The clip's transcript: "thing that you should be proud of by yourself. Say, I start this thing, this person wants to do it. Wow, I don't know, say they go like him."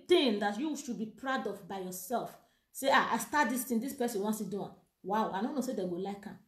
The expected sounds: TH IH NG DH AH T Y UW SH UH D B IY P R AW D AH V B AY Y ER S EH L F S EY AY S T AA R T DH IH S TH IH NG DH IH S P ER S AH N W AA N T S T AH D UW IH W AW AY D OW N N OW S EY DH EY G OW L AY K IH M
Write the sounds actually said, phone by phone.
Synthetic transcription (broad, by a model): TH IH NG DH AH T Y UW SH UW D B IY P R AW D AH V B AY Y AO S EH L F S EY AY S T AA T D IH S T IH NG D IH S P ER S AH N W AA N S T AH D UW IH W AW AY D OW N N OW S EY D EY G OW L AY K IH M